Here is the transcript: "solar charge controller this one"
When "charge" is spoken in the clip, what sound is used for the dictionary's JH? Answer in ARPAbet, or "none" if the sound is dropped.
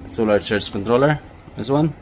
CH